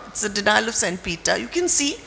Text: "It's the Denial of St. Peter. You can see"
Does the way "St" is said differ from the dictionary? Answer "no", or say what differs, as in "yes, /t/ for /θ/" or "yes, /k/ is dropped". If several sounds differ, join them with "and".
no